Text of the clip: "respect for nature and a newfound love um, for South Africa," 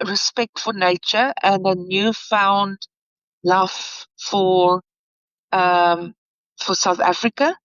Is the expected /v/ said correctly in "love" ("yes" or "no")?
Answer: no